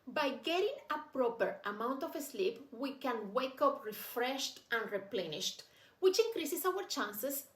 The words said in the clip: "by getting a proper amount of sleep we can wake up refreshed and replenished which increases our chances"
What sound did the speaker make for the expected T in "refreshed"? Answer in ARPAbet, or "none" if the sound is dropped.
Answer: T